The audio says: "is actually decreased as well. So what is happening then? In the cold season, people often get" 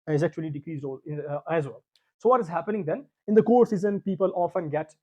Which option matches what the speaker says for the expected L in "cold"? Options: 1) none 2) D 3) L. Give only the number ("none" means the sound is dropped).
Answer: 1